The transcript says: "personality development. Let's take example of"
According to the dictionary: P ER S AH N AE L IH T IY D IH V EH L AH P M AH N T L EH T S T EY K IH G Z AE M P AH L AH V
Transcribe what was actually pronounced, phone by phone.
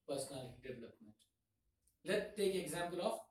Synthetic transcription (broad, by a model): P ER S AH N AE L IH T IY D IH V EH L AH P M AH N T L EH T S T EY K IH G Z AE M P AH L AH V